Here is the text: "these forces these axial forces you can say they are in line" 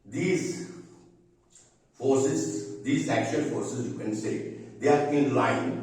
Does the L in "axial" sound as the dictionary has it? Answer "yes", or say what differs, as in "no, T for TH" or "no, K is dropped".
no, N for L